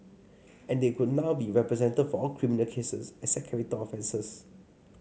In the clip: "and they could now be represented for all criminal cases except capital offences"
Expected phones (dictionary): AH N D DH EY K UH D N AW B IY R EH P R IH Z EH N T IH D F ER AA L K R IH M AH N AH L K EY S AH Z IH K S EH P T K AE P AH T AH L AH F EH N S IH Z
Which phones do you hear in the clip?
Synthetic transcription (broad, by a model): AH N D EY K UH D N AW B IY R EH P R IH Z EH N T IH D F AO AA L K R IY M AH N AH L K EY S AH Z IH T S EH T K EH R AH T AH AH F EH N S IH S